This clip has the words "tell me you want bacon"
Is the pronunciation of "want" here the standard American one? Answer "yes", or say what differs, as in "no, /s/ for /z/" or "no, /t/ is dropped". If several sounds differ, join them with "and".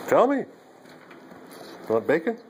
no, /n/ is dropped